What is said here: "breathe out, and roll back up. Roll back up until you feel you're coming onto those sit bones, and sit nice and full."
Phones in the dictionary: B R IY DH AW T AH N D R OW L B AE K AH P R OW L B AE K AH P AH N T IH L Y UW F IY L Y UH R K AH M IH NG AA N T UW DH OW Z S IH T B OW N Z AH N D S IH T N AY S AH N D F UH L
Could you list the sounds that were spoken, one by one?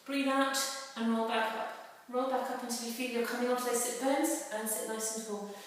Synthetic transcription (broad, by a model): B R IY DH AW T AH N R OW L B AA K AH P R OW L B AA K AH P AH N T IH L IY F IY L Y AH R K AH M IH NG AA N T UW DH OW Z S IH T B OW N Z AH N S IH T L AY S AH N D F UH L